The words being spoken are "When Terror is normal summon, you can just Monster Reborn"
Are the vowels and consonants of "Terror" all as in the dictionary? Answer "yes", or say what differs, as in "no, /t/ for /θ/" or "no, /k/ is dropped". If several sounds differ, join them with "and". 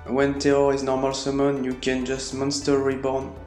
no, /ɹ/ is dropped